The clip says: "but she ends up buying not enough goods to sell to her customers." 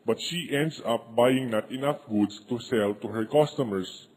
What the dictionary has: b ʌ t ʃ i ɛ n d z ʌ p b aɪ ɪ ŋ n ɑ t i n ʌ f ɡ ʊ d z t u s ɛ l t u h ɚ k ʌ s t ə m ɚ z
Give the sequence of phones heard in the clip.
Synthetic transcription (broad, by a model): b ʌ t ʃ i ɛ n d s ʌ p b aɪ ɪ ŋ n ɑ t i n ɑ f ɡ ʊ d s t u s ɛ l t u h ɚ k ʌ s t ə m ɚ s